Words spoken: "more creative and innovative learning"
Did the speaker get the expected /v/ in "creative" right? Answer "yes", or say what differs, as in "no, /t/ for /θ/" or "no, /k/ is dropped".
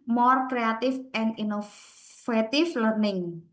no, /f/ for /v/